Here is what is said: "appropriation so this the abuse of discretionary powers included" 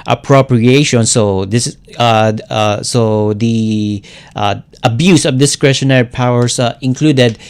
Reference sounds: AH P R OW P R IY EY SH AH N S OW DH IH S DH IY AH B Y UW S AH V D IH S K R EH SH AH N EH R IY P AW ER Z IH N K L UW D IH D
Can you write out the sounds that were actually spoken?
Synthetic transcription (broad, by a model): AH P R OW P R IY EY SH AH N S OW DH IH S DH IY AH B Y UW S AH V D IH S K R EH SH AH N EH R IY P AW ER S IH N K L UW D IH D